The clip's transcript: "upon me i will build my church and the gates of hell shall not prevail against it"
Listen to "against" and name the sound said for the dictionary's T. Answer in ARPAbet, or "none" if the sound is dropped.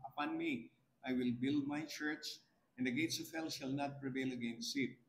none